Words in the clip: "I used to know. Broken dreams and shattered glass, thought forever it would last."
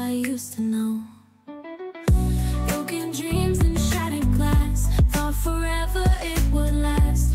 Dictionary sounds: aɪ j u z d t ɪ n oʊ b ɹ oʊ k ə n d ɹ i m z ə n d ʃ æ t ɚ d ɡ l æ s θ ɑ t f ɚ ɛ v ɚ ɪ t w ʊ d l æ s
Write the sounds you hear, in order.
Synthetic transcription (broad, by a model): aɪ j u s t ɪ n oʊ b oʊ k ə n d ɹ i m z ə n ʃ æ t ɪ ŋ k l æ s f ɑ f ɚ ɛ v ɚ ɪ t w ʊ d l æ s